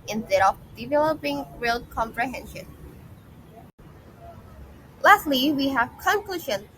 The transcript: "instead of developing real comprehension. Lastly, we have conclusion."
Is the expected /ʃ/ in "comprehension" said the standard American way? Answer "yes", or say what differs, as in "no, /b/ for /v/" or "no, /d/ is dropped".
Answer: yes